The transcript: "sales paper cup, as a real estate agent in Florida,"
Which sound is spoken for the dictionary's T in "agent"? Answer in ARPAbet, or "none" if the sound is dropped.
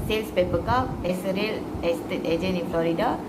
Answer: none